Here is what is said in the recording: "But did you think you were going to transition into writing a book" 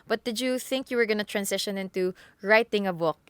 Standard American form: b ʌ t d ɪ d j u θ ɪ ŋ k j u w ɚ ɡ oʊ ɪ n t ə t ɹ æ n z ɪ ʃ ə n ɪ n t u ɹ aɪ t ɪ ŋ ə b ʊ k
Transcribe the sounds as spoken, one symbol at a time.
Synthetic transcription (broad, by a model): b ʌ t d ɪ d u θ ɪ ŋ k j u w ɚ ɡ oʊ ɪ n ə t ɹ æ n s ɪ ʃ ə n ɪ n t u ɹ aɪ t ɪ ŋ ə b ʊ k